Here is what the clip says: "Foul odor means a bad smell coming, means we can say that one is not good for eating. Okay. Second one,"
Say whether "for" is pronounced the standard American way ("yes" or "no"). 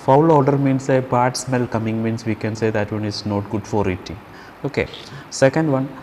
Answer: yes